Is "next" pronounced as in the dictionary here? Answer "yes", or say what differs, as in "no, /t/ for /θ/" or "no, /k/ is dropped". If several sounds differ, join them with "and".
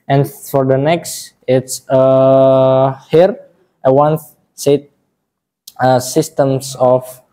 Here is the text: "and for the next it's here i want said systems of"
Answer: yes